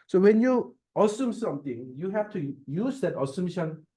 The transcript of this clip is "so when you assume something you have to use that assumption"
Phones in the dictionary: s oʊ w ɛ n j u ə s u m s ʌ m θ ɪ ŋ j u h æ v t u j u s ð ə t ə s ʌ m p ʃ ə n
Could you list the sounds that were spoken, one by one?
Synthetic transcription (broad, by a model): s oʊ w ɛ n j u ə s u m s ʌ m t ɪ ŋ j u h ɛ f t u j u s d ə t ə s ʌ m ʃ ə n